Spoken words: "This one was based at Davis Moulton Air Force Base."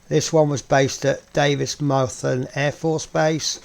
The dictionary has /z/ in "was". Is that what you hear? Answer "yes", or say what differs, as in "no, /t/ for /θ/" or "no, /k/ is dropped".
yes